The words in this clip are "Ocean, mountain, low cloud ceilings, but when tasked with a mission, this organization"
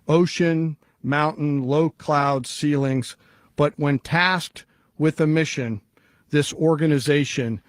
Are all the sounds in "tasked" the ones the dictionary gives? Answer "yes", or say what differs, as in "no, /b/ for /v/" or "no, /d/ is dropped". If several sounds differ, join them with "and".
yes